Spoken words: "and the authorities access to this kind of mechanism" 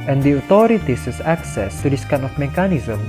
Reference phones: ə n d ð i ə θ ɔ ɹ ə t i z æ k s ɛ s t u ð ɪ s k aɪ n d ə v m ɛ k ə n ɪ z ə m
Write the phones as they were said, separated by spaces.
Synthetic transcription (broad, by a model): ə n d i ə t ɔ ɹ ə t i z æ k s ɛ s t u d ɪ s k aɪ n ə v m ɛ k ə n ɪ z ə m